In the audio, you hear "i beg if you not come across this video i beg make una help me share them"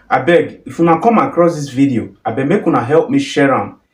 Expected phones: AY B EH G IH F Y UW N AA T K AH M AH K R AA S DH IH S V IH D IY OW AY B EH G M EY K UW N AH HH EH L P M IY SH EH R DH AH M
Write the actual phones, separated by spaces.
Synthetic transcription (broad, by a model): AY B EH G IH F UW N AA K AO M AH K R AA S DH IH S V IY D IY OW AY B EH M EY K UW N AH HH EH L P M IY SH EH R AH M